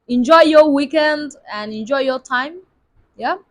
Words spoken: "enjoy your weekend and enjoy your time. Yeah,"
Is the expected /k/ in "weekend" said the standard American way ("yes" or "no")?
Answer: yes